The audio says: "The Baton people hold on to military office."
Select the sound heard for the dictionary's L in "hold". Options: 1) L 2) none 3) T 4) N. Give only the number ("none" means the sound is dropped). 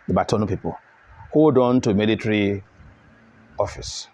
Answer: 2